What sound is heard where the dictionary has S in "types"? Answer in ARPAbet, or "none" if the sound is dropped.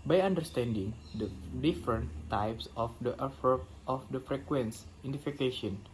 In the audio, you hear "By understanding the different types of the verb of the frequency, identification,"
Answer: S